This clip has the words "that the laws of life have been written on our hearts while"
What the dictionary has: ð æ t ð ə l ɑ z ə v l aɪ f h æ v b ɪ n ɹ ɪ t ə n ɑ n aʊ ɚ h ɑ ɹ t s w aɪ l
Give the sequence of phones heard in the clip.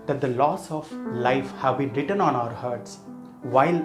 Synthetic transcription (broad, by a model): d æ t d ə l ɑ s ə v l aɪ f h æ v b ɪ n ɹ ɪ t ə n ɑ n aʊ ɚ h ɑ ɹ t s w aɪ l